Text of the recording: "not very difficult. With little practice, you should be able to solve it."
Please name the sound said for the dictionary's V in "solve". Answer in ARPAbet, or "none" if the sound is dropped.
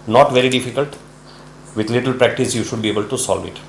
V